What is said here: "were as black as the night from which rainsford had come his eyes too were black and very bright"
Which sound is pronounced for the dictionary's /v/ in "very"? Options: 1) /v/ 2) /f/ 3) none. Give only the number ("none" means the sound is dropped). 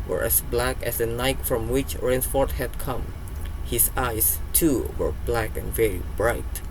1